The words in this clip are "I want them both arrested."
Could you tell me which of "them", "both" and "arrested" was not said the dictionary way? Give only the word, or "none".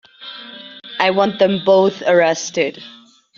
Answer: none